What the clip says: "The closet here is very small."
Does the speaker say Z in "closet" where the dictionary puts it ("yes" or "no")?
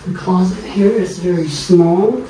yes